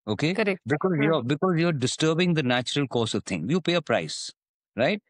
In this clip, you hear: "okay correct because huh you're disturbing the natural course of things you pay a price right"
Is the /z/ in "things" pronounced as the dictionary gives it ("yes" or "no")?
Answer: no